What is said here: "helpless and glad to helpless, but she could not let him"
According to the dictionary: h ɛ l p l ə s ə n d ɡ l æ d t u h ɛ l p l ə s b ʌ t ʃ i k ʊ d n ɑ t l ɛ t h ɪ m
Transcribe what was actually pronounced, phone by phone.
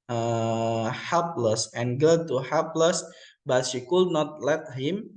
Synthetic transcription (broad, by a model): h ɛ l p l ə s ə n ɡ ʌ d t u h ɛ l p l ə s b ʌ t ʃ i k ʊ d n ɑ t l ɛ t h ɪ m